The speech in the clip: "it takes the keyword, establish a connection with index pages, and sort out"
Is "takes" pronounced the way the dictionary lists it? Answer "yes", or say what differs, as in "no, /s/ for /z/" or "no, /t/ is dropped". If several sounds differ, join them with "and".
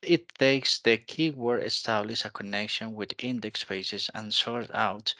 yes